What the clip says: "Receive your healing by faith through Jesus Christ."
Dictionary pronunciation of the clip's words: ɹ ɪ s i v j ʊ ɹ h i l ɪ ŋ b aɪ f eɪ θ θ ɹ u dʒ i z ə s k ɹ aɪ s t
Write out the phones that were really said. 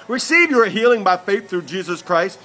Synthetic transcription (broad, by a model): ɹ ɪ s i v j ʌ ɹ h i l ɪ ŋ b aɪ f eɪ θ θ ɹ u dʒ i z ə s k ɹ aɪ s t